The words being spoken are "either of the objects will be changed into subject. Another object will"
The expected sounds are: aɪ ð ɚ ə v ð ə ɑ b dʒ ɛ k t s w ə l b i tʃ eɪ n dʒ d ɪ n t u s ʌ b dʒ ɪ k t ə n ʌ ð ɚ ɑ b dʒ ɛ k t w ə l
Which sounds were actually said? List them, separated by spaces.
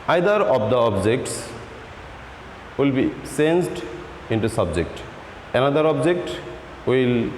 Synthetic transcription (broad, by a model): aɪ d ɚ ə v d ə ɑ b dʒ ɛ k t s w ə l b i s eɪ n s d ɪ n t u s ʌ b dʒ ɪ k t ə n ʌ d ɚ ɑ b dʒ ɛ k t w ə l